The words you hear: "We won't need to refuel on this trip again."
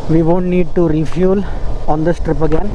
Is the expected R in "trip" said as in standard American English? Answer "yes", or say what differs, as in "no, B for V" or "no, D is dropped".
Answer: yes